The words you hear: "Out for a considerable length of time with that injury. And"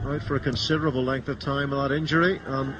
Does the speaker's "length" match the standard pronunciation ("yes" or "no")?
yes